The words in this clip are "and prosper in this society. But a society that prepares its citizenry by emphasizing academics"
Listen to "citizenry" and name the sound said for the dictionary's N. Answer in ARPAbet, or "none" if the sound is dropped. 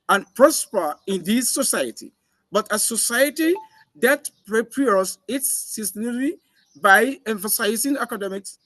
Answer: none